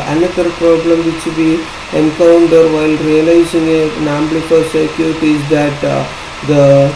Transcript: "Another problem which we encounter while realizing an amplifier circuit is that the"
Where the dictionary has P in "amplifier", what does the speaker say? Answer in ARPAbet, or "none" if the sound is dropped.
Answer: B